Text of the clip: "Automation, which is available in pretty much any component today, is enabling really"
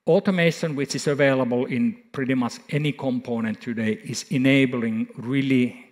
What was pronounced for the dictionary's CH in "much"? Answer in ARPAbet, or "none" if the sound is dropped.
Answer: S